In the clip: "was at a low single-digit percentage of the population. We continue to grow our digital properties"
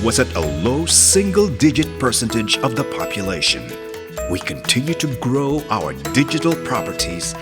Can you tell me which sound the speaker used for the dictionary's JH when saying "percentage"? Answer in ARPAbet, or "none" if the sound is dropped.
JH